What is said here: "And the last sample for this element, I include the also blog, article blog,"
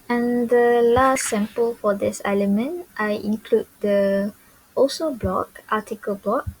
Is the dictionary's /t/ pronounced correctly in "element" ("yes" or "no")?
yes